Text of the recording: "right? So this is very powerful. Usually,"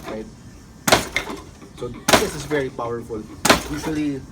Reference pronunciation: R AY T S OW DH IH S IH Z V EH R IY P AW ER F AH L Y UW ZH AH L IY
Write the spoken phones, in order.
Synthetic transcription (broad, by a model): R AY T S OW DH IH S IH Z V EH R IY P AW ER F AH L Y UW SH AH L IY